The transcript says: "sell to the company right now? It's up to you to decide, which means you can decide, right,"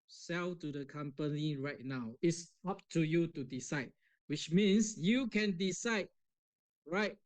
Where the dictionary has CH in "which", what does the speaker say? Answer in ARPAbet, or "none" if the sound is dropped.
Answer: CH